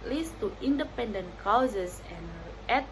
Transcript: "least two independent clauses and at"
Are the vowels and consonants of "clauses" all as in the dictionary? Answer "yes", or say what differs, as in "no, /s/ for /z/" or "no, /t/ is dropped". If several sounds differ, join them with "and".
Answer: no, /l/ is dropped and /s/ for /z/